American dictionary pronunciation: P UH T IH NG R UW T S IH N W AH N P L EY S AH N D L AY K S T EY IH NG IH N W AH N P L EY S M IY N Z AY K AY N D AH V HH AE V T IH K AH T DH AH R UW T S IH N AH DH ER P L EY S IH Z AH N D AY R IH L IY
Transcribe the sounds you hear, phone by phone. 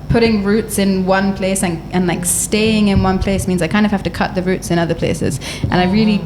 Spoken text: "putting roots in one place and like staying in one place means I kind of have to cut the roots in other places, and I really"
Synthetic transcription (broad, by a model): P UH T IH NG R UW T S IH N W AH N P L EY S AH N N L AY K S T EY IH NG IH N W AH N P L EY S M IY N Z AY K AY N D AH V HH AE F T IH K AH T DH AH R UW T S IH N AH DH ER P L EY S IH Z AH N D AY R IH L IY